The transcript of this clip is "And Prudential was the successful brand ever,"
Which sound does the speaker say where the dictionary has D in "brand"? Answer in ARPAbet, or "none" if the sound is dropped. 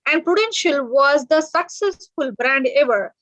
D